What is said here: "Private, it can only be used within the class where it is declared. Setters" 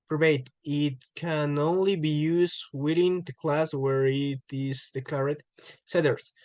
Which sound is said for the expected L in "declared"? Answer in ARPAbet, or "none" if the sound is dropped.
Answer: none